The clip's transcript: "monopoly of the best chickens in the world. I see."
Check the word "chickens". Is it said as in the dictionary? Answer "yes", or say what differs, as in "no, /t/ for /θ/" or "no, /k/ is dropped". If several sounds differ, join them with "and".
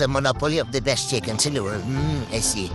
no, /s/ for /z/